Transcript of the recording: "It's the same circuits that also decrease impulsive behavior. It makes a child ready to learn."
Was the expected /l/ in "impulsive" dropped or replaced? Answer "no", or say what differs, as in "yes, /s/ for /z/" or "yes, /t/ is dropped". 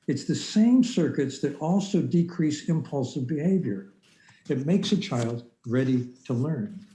no